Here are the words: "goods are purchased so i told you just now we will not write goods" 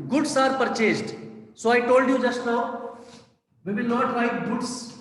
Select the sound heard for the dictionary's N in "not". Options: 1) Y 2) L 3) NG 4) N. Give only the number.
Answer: 4